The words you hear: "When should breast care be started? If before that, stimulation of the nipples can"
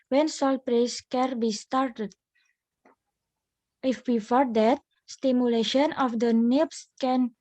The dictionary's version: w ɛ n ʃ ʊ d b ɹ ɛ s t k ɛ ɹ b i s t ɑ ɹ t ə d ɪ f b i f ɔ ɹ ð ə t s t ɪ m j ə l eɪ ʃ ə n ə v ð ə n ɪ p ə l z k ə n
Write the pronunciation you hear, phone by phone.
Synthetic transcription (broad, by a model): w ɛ n s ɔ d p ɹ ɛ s k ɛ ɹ b i s t ɑ ɹ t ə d ɪ f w i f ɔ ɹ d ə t s t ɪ m j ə l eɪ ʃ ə n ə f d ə n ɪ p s k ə n